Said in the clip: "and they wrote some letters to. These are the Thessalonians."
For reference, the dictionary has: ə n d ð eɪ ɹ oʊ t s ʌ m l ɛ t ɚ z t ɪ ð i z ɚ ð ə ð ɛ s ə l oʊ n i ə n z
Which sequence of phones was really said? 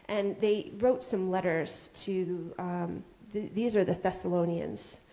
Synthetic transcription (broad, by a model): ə n ð eɪ ɹ oʊ t s ʌ m l ɛ t ɚ z t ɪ ð i z ɚ ð ə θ ɛ s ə l oʊ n i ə n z